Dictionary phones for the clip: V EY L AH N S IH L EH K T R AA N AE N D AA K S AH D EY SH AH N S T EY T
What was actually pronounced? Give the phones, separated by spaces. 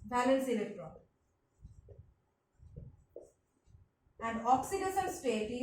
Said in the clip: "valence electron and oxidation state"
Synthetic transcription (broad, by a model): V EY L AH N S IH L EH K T R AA AE N D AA K S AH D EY S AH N S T EY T